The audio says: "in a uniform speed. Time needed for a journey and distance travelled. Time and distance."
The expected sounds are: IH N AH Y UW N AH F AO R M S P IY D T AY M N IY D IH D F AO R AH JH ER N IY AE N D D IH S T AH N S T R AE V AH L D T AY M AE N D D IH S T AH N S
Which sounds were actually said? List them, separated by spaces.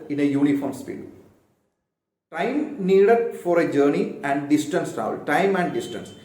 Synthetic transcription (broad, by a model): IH N AH Y UW N AH F AO R M S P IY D T AY M N IY D IH D F AO R AH JH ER N IY AE N D D IH S T AH N S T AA AH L T AY M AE N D D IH S T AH N S